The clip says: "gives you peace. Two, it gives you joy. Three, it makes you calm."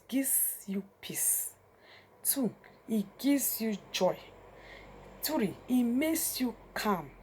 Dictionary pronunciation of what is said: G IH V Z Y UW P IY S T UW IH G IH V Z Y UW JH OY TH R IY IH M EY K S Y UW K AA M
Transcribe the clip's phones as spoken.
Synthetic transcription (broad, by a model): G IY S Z Y UW P IY S T UW IH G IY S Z Y UW JH OY T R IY IH M EY K S Y UW K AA M